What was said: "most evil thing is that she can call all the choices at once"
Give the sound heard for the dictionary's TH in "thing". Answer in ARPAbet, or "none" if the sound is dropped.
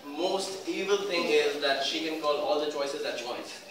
T